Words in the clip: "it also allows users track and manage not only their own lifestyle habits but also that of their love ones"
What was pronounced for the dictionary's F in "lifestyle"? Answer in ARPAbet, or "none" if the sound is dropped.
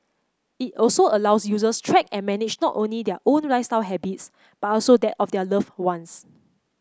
none